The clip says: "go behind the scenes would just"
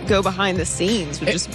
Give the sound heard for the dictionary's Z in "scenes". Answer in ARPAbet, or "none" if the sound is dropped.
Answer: Z